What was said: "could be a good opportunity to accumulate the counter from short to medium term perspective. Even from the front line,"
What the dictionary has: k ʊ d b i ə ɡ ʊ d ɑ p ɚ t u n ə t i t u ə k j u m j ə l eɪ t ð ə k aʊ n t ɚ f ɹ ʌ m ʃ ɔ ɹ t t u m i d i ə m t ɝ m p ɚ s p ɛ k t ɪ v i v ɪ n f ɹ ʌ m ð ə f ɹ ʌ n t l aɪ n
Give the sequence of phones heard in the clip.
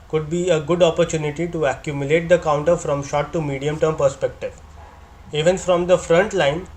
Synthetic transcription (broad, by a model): k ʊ d b i ə ɡ ʊ d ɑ p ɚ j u n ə t i t u ə k j u m j ə l eɪ t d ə k aʊ n t ɚ f ɹ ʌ m ʃ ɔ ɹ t t u m i d i ə m t ɝ m p ɚ s p ɛ k t ɪ v i v ɪ n f ɹ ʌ m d ə f ɹ ʌ n t l aɪ n